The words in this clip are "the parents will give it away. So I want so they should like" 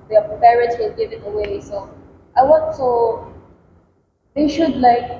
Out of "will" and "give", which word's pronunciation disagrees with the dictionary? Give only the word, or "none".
will